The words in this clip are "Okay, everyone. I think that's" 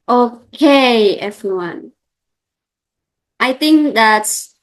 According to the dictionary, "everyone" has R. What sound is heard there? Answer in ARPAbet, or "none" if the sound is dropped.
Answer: R